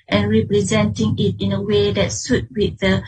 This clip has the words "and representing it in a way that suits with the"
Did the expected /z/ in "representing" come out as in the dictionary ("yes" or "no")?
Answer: yes